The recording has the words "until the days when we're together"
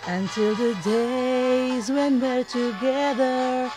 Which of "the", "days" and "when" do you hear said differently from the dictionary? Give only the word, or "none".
none